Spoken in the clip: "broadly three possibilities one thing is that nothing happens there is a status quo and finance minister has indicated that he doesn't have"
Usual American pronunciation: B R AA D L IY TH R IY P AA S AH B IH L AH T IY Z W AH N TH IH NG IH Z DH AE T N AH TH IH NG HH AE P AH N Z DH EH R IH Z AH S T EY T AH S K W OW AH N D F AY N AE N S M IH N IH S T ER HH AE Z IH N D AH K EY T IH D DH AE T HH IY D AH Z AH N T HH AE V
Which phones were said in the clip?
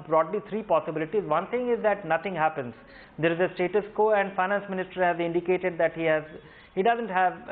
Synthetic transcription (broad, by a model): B R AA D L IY T R IY P AA S AH B IH L AH T IY Z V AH N T IH NG IH Z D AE T N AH T IH NG HH AE P AH N Z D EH R IH Z AH S T EY T AH S K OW AH N D F AY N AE N S M IH N IH S T ER HH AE Z IH N D AH K EY T IH D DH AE T HH IY D AH Z AH N T HH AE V